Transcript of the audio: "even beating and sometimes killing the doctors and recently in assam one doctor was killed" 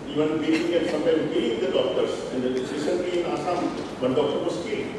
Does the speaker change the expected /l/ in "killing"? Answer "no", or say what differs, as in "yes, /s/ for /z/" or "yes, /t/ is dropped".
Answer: yes, /l/ is dropped